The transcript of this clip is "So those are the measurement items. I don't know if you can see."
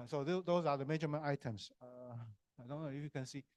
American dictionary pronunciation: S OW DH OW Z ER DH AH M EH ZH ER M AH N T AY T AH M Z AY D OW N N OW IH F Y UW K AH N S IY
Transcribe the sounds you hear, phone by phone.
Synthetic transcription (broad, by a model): S OW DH OW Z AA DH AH M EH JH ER M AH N AY T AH M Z AY D OW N N OW IH F Y UW K AH N S IY